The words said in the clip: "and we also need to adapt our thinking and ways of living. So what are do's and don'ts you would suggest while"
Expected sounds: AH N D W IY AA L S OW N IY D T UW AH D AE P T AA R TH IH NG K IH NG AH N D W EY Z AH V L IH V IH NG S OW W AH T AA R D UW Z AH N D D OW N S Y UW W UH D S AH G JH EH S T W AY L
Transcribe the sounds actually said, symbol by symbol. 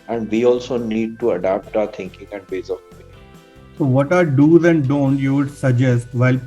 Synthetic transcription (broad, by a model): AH N D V IY AA L S OW N IY D T UW AH D AE P T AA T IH NG K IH NG AH N D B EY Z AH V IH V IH S OW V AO T AA R D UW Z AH N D D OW N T Y UW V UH D S AH G JH EH S T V AY L